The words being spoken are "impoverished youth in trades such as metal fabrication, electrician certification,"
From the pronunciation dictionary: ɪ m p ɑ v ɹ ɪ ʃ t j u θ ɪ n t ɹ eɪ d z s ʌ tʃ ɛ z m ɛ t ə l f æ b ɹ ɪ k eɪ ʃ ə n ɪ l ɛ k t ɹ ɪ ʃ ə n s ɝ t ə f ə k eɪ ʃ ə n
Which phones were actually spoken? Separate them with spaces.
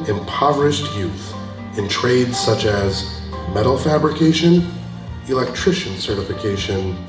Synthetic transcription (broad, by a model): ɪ m p ɑ v ɹ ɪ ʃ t j u θ ɪ n t ɹ eɪ d z s ʌ tʃ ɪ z m ɛ t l f æ b ɹ ɪ k eɪ ʃ ə n ɪ l ɛ k t ɹ ɪ ʃ ə n s ɝ t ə f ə k eɪ ʃ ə n